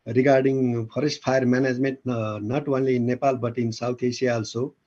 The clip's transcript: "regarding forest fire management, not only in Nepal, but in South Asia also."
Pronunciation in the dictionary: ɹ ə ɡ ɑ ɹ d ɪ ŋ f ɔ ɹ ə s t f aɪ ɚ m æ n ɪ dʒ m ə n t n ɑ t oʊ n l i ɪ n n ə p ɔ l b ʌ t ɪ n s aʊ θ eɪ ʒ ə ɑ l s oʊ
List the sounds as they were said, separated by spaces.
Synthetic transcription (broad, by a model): ɹ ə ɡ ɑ ɹ d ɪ ŋ p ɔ ɹ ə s t p aɪ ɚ m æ n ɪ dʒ m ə n t n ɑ t oʊ n l i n n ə p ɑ l b ʌ t ɪ n s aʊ t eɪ s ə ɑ l s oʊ